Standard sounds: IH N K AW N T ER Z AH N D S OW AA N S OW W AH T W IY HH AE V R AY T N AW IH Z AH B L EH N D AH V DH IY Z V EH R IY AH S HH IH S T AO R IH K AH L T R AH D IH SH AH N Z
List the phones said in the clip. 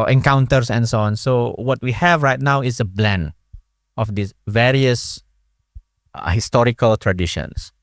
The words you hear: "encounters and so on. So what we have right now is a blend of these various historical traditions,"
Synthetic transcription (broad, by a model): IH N K AW N T ER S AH N S OW AA N S OW W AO T W IY HH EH V R AY T N AW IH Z AH B L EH N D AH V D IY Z V EH R IY AH S HH IH S T AO R IH K AH L T R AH D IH SH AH N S